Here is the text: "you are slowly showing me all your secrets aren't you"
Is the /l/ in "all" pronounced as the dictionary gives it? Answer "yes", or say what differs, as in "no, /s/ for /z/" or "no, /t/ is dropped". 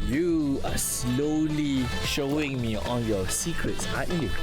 no, /n/ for /l/